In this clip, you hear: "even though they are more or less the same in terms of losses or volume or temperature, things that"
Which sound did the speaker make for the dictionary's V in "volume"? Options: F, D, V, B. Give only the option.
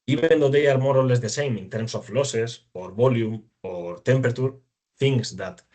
B